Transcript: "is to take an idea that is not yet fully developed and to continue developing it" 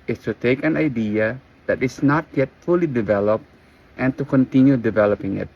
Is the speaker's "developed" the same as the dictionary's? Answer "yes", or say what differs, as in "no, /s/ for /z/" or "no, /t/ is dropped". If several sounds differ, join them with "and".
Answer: yes